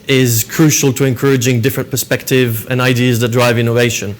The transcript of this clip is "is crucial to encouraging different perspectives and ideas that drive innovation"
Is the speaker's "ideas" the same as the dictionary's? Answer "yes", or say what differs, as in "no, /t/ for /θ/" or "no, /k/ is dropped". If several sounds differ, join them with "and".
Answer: yes